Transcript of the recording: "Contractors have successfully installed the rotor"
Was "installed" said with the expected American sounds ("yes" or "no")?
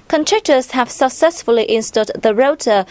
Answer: no